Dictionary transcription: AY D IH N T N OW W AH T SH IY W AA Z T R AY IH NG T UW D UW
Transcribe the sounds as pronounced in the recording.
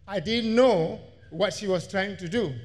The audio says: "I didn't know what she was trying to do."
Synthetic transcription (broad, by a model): AY D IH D N OW W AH T SH IY W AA S T R AY IH NG T UW D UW